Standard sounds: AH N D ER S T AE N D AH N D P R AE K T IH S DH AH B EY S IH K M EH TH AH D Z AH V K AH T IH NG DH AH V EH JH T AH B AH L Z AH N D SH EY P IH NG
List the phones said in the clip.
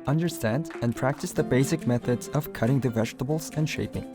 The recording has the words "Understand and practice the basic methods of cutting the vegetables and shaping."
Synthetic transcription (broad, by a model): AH N D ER S T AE N D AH N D P R AE K T IH S DH AH B EY S IH K M EH TH AH D Z AH V K AH T IH NG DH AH V EH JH T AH B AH L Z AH N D SH EY P IH NG